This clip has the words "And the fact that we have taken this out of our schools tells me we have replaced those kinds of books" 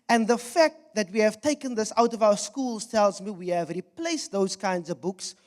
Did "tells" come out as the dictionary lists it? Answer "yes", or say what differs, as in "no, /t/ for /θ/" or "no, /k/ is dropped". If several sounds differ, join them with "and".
yes